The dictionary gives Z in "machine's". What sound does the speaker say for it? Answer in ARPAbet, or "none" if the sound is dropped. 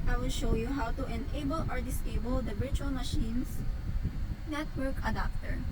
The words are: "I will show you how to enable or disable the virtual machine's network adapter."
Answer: S